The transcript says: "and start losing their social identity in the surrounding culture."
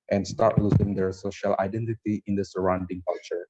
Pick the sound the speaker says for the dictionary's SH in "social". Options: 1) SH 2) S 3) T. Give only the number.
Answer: 1